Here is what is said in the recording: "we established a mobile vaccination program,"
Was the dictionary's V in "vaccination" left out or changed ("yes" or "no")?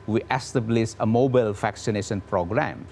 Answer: yes